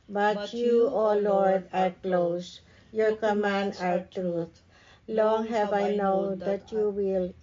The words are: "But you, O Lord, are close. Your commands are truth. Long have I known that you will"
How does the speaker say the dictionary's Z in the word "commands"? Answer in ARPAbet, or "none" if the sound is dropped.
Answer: none